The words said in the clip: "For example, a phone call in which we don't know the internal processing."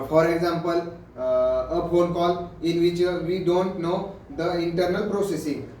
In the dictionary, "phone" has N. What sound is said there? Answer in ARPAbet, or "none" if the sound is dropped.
L